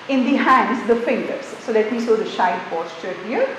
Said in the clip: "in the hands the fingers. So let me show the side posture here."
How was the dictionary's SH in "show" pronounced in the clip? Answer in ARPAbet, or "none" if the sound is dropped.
S